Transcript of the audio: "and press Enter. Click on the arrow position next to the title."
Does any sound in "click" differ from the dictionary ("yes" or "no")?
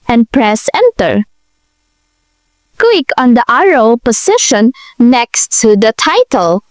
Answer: yes